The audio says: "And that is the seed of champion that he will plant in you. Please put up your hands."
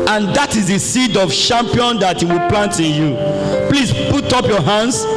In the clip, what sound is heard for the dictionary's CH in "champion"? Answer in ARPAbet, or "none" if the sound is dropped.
SH